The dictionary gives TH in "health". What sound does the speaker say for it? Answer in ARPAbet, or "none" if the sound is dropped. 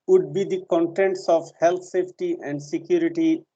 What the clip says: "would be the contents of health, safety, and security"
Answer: T